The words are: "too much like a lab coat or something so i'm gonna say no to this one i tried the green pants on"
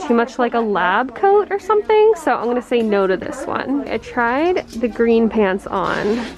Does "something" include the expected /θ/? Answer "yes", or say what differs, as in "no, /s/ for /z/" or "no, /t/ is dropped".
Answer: yes